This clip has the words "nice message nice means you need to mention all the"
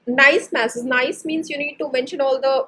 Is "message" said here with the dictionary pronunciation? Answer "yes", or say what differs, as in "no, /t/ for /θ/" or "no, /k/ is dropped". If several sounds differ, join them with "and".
no, /z/ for /dʒ/